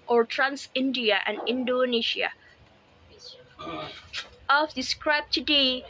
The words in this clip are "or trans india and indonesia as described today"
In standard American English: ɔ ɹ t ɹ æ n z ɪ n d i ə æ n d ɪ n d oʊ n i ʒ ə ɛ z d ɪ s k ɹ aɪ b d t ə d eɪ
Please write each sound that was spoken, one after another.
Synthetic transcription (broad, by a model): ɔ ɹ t ɹ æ n s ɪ n d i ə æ n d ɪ n d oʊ n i ʃ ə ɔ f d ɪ s k ɹ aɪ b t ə d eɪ